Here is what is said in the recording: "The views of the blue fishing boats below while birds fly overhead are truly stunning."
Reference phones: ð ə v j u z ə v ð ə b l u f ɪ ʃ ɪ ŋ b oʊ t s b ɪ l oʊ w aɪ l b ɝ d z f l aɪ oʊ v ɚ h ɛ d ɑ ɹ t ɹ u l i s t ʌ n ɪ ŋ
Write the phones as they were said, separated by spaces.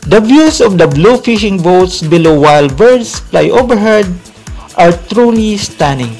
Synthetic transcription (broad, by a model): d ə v j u s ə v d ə b l u f ɪ ʃ ɪ ŋ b oʊ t s b ɪ l oʊ w aɪ l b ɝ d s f l aɪ oʊ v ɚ h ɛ d ɑ ɹ t ɹ u l i s t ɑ n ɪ ŋ